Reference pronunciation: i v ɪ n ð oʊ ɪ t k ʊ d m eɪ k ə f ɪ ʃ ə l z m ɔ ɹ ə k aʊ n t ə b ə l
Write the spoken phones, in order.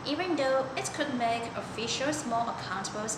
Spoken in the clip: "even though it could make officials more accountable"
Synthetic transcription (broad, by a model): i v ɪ n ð oʊ ɪ t k ʊ d m eɪ k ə f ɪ ʃ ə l s m ɔ l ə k aʊ n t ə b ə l